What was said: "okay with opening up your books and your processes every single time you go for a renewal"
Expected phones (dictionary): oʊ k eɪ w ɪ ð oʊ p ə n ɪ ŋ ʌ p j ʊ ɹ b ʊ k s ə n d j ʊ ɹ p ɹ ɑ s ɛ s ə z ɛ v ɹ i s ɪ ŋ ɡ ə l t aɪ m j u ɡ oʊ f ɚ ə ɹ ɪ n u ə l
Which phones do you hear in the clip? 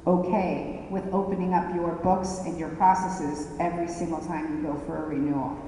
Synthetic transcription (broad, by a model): oʊ k eɪ w ɪ ð oʊ p ə n ɪ ŋ ʌ p j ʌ ɹ b ʊ k s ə n j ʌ ɹ p ɹ ɑ s ɛ s ə z ɛ v ɹ i s ɪ ŋ ɡ l t aɪ m j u ɡ oʊ f ɚ ə ɹ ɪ n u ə l